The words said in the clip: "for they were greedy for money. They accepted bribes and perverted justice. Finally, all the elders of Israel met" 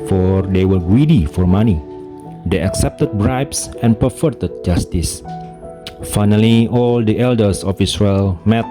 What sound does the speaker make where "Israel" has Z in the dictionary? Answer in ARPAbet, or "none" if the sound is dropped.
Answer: S